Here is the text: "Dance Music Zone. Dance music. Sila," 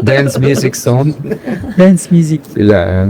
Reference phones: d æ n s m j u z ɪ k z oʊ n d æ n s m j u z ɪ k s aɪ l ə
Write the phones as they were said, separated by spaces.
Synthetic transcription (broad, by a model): d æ n s m j u z ɪ k s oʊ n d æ n s m j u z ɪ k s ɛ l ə